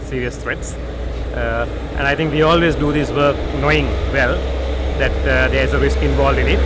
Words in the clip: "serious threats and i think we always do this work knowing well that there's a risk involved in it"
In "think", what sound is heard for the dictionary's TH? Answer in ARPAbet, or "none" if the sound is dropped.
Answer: T